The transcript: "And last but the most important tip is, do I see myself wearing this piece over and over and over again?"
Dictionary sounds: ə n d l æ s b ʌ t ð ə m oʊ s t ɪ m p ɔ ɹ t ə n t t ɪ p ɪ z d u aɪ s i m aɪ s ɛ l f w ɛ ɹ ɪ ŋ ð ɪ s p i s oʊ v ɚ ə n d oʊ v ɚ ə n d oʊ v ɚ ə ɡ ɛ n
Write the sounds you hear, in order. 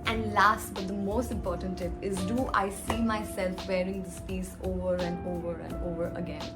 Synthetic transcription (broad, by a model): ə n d l æ s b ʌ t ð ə m oʊ s t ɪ m p ɔ ɹ t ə n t t ɪ p ɪ z d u aɪ s i m aɪ s ɛ l f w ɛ ɹ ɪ ŋ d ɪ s p i s oʊ v ɚ ə n d oʊ v ɚ ə n d oʊ v ɚ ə ɡ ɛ n